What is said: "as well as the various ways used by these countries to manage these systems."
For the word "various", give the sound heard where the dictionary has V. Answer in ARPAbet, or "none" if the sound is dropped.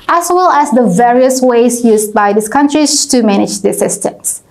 V